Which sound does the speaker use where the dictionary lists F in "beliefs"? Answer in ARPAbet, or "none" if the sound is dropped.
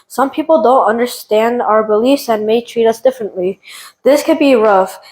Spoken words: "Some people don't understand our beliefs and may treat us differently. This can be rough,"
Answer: F